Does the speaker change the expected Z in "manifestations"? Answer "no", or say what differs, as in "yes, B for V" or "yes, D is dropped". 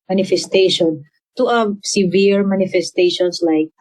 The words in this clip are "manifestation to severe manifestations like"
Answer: yes, S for Z